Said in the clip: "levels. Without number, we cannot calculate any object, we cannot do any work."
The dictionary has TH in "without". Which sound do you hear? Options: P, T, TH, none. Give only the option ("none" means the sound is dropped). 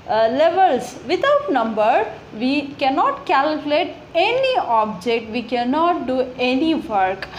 T